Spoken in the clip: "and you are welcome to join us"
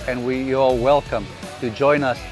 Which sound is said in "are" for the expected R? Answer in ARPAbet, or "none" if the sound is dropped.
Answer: L